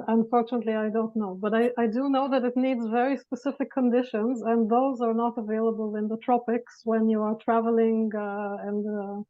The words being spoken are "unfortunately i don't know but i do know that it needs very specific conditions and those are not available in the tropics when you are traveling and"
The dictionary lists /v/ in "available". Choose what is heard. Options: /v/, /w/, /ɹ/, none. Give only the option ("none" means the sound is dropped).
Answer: /v/